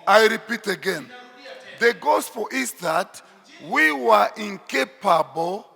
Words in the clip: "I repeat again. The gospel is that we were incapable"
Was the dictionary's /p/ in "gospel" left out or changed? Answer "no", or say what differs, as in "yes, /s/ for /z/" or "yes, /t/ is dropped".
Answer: yes, /f/ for /p/